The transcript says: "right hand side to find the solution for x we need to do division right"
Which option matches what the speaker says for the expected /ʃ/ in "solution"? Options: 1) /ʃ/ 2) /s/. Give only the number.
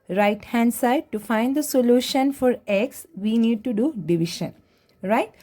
1